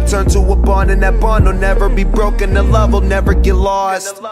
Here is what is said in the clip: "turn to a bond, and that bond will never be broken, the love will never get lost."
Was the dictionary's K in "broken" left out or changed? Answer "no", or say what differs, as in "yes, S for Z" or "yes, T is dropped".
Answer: no